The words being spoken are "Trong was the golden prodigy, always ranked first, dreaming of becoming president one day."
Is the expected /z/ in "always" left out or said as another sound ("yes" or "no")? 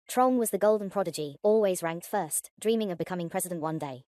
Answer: no